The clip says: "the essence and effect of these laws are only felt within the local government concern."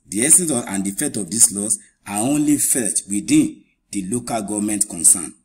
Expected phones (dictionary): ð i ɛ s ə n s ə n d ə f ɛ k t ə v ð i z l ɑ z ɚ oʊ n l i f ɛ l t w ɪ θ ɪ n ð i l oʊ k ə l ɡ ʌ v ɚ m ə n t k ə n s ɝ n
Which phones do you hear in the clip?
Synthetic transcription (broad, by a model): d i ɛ s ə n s ə n d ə f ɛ t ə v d i s l ɑ s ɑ oʊ n l i f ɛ t w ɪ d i n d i l oʊ k ə l ɡ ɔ v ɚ m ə n t k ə n s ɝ n